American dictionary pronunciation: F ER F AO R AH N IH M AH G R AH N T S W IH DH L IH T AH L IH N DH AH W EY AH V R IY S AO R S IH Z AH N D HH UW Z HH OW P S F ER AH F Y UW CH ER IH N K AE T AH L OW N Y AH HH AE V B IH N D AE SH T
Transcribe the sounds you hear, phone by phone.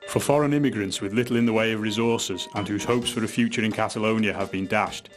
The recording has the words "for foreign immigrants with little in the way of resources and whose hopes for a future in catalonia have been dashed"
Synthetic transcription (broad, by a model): F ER F AO R AH N IH M AH G R AH N T S W IH DH L IH T L IH N DH AH W EY AH V R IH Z AO R S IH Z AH N HH UW Z HH OW P S F ER AH F Y UW CH ER IH N K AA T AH L OW N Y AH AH V B IH N D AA SH T